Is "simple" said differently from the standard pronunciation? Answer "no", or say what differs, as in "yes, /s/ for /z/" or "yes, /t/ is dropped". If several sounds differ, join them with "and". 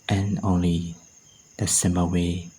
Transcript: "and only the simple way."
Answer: yes, /p/ is dropped